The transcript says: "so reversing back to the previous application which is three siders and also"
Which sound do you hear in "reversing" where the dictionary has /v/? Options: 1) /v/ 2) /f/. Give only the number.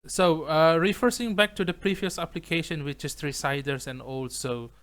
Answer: 2